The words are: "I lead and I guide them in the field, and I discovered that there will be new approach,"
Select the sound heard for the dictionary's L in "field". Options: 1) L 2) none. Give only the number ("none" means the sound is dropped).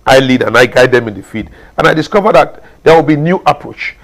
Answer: 2